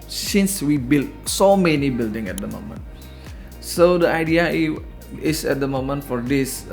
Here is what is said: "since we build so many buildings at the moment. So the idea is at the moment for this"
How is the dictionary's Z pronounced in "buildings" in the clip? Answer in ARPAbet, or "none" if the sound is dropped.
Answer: none